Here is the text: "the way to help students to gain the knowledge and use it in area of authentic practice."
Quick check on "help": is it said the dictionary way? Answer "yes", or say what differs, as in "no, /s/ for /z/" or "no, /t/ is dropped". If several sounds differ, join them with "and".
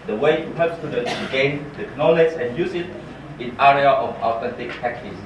no, /l/ is dropped